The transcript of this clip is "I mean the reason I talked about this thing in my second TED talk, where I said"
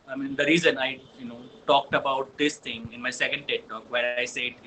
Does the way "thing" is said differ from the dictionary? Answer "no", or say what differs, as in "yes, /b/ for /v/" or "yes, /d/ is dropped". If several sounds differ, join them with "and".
yes, /t/ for /θ/